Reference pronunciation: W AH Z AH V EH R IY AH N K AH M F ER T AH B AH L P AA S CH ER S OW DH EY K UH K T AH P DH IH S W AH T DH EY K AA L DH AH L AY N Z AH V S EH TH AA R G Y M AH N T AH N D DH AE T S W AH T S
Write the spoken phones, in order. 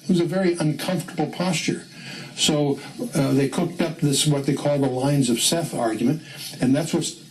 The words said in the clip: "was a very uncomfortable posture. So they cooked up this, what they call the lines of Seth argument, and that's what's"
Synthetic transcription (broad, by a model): W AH Z AH V EH R IY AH N K AH M F T AH B L P AA S CH ER S OW DH EY K UH K T AH P DH IH S W AH T DH EY K AA L DH AH L AY N Z AH V S EH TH AA R G Y M AH N T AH N DH AE T S W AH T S